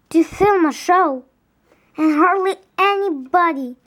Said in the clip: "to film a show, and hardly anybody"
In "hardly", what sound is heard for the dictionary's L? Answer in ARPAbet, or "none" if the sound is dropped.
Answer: L